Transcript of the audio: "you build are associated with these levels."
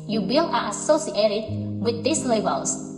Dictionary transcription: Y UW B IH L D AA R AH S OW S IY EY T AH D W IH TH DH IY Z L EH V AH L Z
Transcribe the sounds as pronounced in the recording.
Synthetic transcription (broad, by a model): Y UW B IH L AA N AH S OW S IY EY T AH D W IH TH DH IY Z L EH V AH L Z